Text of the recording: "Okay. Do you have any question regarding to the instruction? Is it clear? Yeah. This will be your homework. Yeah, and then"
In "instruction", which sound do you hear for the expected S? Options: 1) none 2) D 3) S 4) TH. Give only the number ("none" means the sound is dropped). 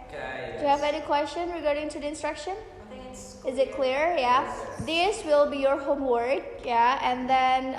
3